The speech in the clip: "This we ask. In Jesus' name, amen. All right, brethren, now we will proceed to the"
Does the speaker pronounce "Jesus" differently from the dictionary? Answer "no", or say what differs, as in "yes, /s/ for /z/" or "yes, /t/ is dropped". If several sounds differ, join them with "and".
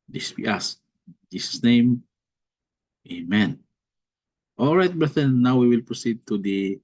yes, /s/ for /z/